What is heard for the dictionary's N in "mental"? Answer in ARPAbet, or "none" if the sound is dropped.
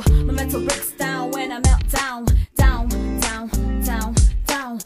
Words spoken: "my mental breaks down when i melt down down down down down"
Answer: none